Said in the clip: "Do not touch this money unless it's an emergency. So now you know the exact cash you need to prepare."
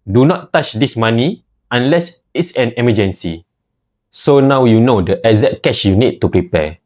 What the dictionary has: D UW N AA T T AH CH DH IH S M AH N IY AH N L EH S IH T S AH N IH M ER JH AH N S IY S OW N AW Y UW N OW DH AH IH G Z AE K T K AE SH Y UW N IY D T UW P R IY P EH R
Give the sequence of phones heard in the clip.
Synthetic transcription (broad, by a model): D UW N AA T T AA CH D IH S M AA N IY AH N L EH S IH T S AH N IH M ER JH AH N S IY S OW N AW Y UW N OW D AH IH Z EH T K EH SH Y UW N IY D T UW P R IY P EH